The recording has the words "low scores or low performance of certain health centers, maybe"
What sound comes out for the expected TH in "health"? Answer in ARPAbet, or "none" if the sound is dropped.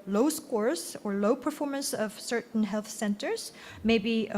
TH